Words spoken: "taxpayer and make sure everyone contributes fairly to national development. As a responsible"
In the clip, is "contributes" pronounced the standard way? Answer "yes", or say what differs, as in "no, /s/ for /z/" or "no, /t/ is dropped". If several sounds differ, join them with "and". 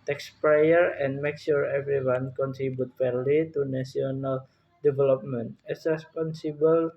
no, /s/ is dropped